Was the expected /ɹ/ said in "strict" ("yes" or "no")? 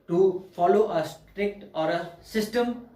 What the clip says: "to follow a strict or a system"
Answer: yes